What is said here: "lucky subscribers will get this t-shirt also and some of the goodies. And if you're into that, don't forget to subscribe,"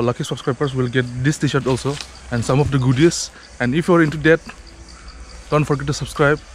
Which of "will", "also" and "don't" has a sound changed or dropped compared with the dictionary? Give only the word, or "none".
none